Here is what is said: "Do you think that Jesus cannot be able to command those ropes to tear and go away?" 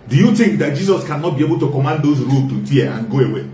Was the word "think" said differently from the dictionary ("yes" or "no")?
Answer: yes